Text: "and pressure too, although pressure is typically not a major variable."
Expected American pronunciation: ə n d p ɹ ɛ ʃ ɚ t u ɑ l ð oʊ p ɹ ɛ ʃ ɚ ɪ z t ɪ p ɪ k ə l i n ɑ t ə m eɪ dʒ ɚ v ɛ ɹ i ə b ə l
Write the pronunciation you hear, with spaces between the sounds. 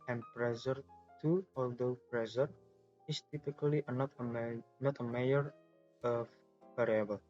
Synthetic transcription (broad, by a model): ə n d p ɹ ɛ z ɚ t u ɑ l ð oʊ p ɹ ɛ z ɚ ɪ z t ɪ p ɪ k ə n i n ɑ t ə m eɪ ɚ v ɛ ɹ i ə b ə l